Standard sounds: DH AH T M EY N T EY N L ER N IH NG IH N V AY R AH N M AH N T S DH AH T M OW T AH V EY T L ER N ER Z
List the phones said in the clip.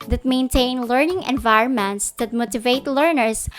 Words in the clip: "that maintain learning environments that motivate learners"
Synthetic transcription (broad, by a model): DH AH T M EY N T EY N L ER N IH NG IH N V AY R AH N M AH N T S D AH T M OW T AH V EY T L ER N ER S